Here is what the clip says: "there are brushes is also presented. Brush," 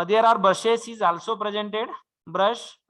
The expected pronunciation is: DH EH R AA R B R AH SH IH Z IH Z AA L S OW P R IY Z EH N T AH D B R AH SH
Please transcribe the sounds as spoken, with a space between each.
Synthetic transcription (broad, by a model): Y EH R AA R B AH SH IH S IH Z AA L S OW P R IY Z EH N T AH D B R AH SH